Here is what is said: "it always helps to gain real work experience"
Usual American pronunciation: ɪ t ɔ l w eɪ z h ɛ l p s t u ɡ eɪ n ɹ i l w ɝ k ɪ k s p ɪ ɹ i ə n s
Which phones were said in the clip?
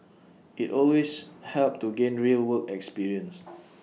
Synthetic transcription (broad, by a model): ɪ t ɔ l w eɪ s h ɛ l p t u ɡ eɪ n ɹ i l w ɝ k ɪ k s p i ɹ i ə n s